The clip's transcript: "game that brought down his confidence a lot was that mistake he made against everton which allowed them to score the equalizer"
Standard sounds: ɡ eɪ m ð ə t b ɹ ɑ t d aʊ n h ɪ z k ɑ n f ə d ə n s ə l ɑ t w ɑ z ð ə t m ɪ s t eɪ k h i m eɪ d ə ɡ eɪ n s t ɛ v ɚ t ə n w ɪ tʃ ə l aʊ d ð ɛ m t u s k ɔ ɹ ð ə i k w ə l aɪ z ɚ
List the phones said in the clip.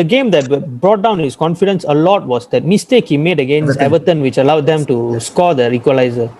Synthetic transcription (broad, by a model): ɡ eɪ m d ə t b ɹ ɑ t d aʊ n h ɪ s k ɑ n f ə d ə n s ə l ɑ t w ɑ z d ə t m ɪ s t eɪ k h i m eɪ d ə ɡ eɪ n s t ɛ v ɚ t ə n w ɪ tʃ ə l aʊ d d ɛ m t u s k ɔ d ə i k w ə l aɪ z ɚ